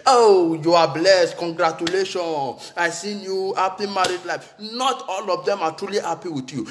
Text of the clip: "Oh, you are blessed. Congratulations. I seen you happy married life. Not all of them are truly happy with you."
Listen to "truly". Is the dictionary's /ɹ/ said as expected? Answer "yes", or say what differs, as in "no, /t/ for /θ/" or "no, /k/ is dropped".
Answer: yes